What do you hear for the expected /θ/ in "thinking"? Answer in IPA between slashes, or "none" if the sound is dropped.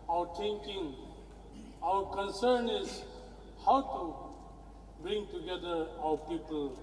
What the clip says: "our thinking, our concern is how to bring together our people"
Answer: /t/